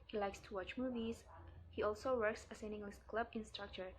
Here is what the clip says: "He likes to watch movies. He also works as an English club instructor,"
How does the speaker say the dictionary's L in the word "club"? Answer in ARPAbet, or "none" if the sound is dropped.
L